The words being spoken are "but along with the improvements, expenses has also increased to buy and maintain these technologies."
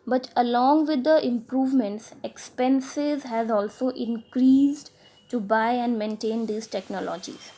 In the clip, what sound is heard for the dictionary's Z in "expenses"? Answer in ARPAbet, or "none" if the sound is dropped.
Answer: Z